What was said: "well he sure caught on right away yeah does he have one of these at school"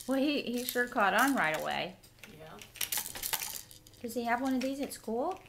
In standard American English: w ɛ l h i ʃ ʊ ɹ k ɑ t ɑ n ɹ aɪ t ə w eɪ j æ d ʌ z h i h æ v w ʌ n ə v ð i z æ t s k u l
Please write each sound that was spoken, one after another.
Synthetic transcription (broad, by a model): w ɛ l h i ʃ ʊ ɹ k ɑ t n ɹ aɪ t ə w eɪ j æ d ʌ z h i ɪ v w ʌ n ə v ð i z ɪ t s k u l